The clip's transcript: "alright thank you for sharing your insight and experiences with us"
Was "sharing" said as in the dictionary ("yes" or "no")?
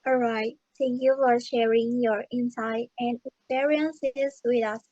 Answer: yes